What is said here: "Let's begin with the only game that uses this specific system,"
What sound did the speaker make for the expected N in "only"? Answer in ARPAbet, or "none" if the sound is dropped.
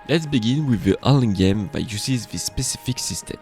none